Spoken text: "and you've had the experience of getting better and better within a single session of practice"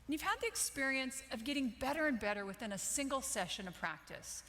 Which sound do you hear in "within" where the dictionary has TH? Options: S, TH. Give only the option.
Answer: TH